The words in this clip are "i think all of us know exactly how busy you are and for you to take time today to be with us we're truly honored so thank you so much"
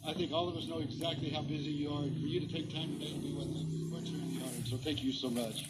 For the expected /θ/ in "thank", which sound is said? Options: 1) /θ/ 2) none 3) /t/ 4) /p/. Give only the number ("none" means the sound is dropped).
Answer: 1